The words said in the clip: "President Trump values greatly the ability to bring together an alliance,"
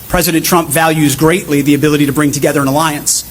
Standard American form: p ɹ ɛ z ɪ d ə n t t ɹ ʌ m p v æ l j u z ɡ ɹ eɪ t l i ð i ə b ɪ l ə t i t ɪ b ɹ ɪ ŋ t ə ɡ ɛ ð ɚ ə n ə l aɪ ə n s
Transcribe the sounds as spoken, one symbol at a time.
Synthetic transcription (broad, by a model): p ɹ ɛ z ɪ d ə n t t ɹ ʌ m p v æ l j u z ɡ ɹ eɪ t l i ð i ə b ɪ l ə t i t ɪ b ɹ ɪ ŋ t ə ɡ ɛ ð ɚ ə n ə l aɪ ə n s